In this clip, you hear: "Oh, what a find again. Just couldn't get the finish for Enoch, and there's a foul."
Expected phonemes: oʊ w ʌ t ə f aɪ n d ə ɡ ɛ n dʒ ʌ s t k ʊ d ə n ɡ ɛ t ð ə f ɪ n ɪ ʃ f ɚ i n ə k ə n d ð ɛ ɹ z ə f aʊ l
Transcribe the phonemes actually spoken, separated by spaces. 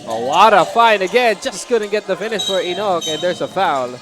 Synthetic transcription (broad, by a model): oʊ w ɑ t ə f aɪ n ə ɡ ɛ n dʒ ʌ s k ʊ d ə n ɡ ɛ t ð ə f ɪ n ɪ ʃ f ɚ i n ə k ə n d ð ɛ ɹ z ə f aʊ l